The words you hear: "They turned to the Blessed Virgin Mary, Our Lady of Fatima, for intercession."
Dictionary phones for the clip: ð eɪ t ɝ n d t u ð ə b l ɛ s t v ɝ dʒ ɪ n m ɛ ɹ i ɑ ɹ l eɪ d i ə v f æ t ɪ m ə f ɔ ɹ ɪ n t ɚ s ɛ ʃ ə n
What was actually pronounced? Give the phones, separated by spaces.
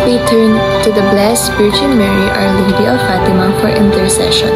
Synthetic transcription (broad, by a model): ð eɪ t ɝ n t u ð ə b l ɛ s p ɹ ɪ tʃ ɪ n m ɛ ɹ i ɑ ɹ l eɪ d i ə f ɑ t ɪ m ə f ɔ ɹ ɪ n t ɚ s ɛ ʃ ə n